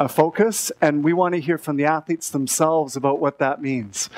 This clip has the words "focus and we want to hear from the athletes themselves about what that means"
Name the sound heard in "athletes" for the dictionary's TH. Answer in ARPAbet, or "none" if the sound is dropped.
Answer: TH